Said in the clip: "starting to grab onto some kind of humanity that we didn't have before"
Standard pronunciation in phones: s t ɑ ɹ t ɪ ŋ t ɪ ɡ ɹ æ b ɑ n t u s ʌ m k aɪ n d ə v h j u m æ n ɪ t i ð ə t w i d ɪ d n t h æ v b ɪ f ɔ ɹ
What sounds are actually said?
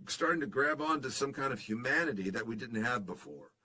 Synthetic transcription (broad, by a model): s t ɑ ɹ t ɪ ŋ t ɪ ɡ ɹ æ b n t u s ʌ m k aɪ n d ə v h j u m æ n ɪ t i ð ə t w i d ɪ d n t h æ v b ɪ f ɔ ɹ